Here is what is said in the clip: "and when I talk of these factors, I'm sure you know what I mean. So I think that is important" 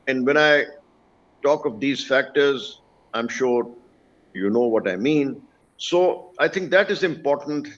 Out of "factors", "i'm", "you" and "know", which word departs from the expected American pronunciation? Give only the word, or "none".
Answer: none